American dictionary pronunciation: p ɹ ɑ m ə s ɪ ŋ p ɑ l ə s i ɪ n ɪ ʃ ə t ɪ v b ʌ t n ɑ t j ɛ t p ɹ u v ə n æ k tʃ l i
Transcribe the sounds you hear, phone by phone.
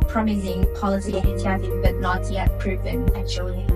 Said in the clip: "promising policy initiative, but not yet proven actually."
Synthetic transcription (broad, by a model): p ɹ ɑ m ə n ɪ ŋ p ɑ l ə s i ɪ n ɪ ə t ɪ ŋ b ʌ t n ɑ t j ɛ t p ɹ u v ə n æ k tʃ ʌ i